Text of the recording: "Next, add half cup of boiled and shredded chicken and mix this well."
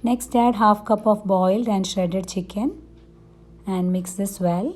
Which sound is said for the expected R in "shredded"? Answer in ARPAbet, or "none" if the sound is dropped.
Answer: none